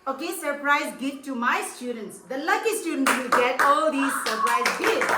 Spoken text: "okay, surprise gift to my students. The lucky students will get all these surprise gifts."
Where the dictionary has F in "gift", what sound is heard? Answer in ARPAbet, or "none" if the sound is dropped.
none